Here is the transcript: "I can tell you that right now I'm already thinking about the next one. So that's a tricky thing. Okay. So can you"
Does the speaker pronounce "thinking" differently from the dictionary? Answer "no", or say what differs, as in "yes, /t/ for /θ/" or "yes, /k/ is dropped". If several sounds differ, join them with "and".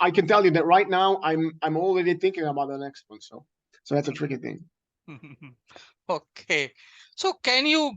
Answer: no